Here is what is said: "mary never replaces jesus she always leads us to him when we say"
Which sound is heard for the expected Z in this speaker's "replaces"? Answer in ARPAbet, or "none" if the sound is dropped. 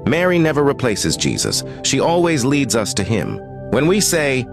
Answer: Z